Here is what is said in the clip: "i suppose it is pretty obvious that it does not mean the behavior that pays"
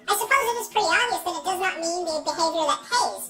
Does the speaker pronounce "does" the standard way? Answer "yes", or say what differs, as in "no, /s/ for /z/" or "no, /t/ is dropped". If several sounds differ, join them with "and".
yes